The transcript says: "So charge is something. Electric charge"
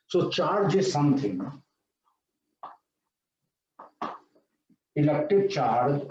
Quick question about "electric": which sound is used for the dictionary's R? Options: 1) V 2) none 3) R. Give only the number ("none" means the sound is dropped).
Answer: 2